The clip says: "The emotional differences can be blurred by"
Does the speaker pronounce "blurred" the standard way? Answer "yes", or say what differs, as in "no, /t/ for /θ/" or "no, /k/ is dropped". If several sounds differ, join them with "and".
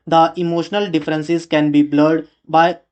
yes